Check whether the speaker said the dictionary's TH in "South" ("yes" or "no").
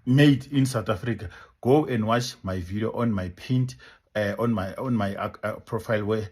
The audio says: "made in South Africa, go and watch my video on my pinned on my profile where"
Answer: no